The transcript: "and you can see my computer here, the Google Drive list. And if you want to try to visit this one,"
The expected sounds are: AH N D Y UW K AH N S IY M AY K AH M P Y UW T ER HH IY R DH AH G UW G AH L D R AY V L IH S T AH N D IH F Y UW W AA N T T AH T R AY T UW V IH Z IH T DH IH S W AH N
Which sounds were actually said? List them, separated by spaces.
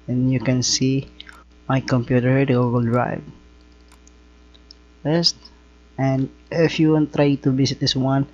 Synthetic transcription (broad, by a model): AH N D Y UW K AH N S IY M AY K AH M P Y UW T ER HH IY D G UW G AH L D R AY V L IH S T AH N D IH F Y UW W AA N T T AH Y T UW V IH S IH T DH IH S W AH N